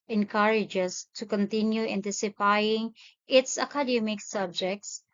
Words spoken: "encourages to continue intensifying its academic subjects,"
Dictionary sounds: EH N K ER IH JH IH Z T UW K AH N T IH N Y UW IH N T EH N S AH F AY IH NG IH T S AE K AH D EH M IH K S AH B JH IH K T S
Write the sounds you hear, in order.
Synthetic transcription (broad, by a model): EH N K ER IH JH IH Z T UW K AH N T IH N Y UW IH N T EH S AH P AY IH NG IH T S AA K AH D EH M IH K S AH B JH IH K T S